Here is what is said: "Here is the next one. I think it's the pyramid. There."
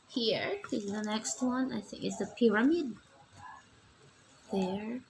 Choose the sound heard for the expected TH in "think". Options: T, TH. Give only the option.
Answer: TH